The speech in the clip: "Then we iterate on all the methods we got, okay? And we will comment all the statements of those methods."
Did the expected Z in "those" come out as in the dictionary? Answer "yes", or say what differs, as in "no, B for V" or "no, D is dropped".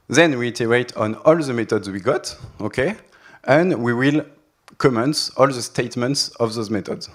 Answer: yes